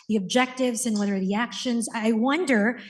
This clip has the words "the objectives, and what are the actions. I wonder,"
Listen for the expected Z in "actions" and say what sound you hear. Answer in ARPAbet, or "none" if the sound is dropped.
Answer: Z